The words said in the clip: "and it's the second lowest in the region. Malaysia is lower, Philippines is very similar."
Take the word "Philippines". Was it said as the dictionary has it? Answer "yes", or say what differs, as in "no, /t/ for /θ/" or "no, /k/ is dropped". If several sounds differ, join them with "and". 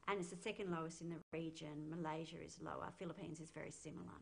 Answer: yes